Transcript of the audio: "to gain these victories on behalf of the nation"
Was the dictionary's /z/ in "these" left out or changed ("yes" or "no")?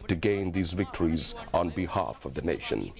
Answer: no